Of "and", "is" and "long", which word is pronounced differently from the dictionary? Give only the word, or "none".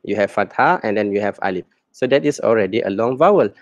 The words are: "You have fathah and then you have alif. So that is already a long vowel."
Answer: is